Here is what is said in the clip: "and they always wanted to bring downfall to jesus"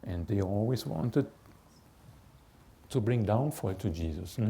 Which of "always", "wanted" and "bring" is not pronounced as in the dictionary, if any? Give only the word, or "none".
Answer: always